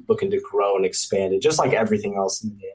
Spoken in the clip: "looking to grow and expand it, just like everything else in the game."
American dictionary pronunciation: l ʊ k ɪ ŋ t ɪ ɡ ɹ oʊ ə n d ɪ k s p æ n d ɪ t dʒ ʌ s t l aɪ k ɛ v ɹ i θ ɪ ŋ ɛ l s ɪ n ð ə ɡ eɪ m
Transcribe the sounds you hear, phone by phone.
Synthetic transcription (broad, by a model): l ʊ k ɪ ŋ t ɪ ɡ ɹ oʊ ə n ɪ k s p æ n d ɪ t dʒ ʌ s t l aɪ k ɛ v ɹ i θ ɪ ŋ ɛ l s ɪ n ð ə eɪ